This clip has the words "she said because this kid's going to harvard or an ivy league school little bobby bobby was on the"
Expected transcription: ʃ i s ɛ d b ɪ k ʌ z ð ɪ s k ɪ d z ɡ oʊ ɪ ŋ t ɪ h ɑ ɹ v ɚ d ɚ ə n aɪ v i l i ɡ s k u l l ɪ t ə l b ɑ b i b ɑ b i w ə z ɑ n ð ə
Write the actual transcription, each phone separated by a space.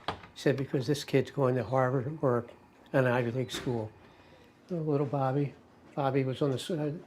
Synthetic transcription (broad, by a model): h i s ɛ d b ɪ k ʌ z ð ɪ s k ɪ d z ɡ oʊ ɪ ŋ t ɪ h ɑ ɹ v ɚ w ɚ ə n aɪ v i l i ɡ s k u l l ɪ t l b ɑ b i b ɑ b i w ə z n ð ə